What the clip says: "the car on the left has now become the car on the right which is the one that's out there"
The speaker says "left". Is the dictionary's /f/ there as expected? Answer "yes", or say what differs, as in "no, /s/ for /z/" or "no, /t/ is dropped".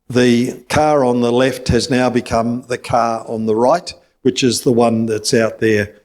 yes